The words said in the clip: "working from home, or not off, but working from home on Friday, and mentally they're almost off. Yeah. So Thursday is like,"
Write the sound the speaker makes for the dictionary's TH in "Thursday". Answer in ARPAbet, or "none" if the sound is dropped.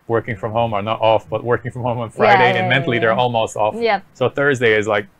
TH